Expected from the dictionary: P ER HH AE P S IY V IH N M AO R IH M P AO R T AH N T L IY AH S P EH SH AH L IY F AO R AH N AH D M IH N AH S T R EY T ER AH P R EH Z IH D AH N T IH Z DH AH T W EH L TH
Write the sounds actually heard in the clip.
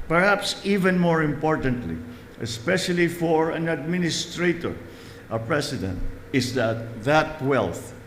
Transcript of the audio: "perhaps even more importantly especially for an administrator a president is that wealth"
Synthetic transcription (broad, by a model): P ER HH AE P S IY V IH N M AO R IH M P AO R T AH N T L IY AH S P EH SH AH L IY F AO R AH N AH D M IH N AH S T R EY T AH P R EH S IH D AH N T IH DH DH AH T W EH L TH